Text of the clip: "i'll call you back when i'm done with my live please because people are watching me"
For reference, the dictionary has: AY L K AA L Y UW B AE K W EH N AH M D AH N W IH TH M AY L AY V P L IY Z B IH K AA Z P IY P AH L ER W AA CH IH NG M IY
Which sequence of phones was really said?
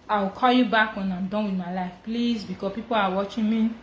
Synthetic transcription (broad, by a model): AY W K AA L Y UW B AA K W EH N AH M D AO N W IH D M AY L AY F P L IY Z B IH K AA P IY P AH L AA W AA CH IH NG M IY